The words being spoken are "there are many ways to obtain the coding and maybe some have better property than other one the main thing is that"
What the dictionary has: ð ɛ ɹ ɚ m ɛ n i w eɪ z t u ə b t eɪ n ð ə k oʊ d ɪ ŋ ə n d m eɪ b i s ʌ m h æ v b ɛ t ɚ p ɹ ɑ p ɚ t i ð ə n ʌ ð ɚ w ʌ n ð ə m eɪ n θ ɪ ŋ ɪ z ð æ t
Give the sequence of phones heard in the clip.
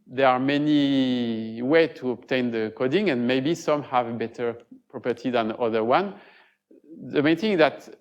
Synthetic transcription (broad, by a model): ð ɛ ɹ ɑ m ɛ n i w eɪ t u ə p t eɪ n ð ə k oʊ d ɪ ŋ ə n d m eɪ b i s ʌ m h æ v b ɛ t ɚ p ɹ ɑ p ɚ t i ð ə n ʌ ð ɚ w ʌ n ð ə m eɪ n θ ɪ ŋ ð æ t